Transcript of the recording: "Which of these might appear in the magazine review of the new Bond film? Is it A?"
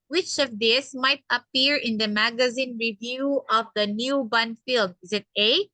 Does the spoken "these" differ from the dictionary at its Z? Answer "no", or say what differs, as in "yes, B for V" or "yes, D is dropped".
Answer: yes, S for Z